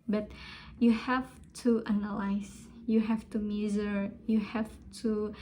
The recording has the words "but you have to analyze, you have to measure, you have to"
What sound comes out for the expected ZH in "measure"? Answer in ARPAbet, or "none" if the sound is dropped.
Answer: Z